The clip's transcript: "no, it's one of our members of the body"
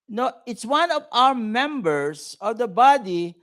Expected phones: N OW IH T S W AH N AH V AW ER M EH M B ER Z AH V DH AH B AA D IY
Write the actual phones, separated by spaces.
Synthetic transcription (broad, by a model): N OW IH T S W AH N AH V AW ER M EH M B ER S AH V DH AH B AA D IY